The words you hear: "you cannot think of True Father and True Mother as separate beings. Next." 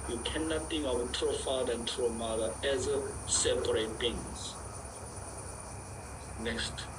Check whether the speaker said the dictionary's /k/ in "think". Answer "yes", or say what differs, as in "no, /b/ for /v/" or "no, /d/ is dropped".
no, /k/ is dropped